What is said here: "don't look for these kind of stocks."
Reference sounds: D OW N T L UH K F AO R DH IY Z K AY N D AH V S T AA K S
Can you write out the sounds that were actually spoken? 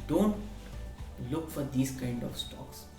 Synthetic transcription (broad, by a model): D OW N T L UH K F AO R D IY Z K AY N D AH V S T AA K S